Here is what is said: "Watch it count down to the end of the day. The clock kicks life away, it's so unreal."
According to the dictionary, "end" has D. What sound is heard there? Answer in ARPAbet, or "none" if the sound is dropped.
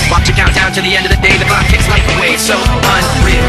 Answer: D